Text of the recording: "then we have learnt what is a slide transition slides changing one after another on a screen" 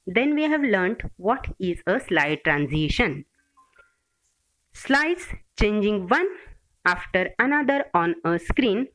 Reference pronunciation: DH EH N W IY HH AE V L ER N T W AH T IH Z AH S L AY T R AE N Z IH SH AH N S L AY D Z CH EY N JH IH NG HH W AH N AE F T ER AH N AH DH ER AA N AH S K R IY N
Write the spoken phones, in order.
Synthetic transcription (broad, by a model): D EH N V IY HH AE V L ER N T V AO T IH Z AH S L AY T R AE N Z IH SH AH N S L AY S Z CH EY N JH IH NG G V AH N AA F T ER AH N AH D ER AA N AH S K R IY N